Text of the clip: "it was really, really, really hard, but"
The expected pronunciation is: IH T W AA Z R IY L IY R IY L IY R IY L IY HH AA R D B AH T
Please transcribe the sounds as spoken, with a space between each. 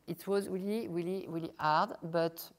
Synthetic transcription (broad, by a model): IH T W AA Z R IY L IY R IY L IY R IY L IY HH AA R D B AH T